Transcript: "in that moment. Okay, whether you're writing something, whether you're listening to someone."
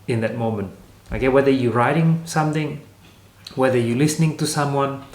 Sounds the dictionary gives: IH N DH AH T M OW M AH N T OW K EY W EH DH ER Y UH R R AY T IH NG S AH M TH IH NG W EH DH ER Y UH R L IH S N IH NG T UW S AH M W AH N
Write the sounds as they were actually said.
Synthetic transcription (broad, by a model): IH N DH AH T M OW M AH N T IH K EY W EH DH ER Y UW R R AY T IH NG S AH M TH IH NG W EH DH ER Y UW L IH S N IH NG T UW S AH M W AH N